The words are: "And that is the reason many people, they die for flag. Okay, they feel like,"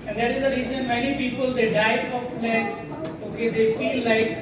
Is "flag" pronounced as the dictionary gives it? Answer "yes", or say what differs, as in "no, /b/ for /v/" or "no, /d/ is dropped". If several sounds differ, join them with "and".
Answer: no, /ɡ/ is dropped